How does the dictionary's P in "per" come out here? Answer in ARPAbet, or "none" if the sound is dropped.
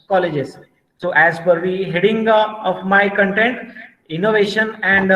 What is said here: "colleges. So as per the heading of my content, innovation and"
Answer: F